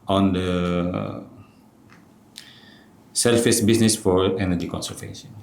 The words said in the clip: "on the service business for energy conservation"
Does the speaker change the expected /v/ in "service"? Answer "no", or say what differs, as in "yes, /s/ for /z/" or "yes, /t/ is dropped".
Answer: yes, /f/ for /v/